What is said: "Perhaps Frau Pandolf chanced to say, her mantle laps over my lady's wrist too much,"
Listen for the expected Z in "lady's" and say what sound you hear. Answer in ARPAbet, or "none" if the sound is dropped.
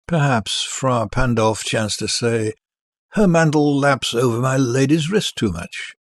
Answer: Z